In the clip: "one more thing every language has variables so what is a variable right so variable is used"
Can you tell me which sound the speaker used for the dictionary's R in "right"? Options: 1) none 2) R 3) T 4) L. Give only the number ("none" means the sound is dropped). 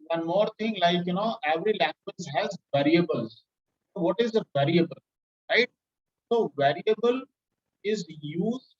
2